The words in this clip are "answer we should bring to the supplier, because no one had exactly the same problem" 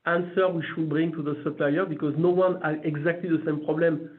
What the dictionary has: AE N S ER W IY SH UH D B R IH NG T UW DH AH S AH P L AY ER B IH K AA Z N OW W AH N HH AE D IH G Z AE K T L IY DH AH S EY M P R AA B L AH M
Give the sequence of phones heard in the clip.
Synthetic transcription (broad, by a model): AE N S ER W IY SH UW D B R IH NG T UW DH AH S AH P L AY ER B IH K AA Z N OW W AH N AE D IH G Z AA K T L IY DH AH S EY M P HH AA B L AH M